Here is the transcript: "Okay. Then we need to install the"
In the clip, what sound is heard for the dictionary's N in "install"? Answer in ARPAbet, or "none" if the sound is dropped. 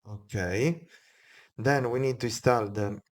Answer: none